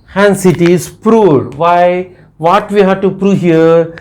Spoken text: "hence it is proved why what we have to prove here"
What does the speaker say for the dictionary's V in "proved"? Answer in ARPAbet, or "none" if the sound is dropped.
none